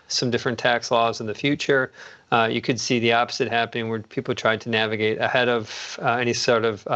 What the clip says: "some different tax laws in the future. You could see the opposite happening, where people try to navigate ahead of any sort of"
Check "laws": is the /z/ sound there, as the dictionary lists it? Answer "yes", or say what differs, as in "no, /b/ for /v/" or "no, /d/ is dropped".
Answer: yes